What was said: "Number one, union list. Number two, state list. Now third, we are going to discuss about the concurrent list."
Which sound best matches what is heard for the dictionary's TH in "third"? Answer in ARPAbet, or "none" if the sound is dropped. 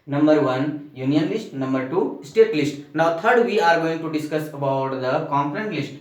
T